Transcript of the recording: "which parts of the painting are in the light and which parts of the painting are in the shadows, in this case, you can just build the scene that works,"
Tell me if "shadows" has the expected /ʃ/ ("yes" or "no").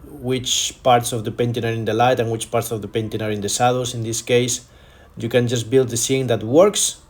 no